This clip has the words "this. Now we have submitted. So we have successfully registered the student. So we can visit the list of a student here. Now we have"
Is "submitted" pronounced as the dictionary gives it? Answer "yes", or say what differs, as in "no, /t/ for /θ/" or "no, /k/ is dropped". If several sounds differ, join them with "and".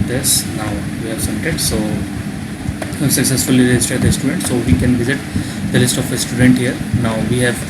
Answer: no, /b/ is dropped